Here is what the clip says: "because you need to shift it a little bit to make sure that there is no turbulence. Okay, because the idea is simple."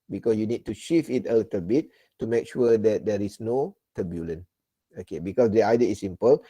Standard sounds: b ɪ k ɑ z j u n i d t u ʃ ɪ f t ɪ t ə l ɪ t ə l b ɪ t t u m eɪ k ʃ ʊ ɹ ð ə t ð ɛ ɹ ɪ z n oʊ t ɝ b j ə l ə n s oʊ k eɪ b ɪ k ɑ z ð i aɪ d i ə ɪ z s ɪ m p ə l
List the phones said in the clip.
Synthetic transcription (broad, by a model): b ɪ k ɑ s j u n i d t u ʃ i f ɪ t ə l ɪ t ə l b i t t u m eɪ k ʃ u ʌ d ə t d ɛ ɹ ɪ s n oʊ t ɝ b j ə l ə n oʊ k eɪ b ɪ k ɑ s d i aɪ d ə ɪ s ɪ m p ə l